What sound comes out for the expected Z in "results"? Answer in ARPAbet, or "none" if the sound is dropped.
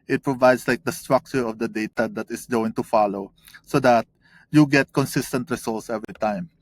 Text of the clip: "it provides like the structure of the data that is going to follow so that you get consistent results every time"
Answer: S